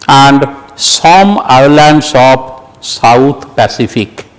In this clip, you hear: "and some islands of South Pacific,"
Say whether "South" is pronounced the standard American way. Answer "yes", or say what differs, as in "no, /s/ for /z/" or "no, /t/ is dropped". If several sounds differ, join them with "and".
no, /t/ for /θ/